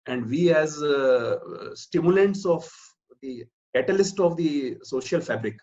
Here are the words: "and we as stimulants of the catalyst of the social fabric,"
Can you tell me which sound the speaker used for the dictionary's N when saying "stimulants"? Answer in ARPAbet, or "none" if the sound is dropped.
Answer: N